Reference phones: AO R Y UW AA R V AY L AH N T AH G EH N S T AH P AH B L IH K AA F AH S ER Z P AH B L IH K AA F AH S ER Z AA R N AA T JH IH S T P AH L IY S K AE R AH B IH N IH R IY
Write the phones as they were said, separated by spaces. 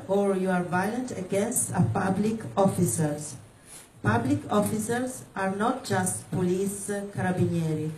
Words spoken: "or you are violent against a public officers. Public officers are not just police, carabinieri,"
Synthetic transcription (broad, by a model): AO R Y UW AA R V AY L AH N T AH G EH N S T AH P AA B L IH K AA F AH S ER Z P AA B L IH K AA F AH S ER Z AA R N AA T JH IH S T P AH L IY S K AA R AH B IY N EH R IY